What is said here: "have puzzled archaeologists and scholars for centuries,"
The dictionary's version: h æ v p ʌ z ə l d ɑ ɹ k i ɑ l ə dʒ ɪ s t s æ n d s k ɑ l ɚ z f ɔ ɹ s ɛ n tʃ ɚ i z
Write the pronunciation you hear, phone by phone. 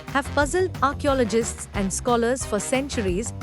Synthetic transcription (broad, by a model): h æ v p ʌ z ə l d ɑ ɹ k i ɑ l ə dʒ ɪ s t s æ n d s k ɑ l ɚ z f ɔ ɹ s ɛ n tʃ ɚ i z